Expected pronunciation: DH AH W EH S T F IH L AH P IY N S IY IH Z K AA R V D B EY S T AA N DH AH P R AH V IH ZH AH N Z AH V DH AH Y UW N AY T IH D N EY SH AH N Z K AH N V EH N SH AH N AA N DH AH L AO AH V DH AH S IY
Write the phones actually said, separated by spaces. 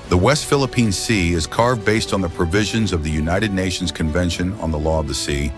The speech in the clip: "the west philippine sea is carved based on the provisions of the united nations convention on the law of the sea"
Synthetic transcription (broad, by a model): DH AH W EH S T F IH L AH P IY N S IY IH Z K AA R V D B EY S T N DH AH P R AH V IH ZH AH N Z AH V DH AH Y UW N AY T IH D N EY SH N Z K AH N V EH N SH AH N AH N DH AH L AO AH V DH AH S IY